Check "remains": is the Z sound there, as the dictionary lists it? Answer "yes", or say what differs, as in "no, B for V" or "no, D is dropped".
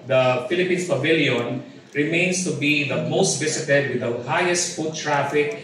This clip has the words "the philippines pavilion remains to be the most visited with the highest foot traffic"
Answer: no, S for Z